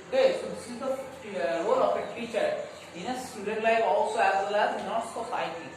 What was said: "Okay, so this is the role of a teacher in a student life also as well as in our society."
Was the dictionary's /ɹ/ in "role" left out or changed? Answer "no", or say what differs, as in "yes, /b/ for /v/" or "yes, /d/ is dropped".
yes, /w/ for /ɹ/